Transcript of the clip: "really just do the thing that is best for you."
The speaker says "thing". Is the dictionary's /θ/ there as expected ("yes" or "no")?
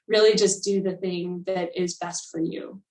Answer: yes